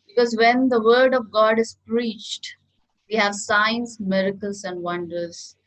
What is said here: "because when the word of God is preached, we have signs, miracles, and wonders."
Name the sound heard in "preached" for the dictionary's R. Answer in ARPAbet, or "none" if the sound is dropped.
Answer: R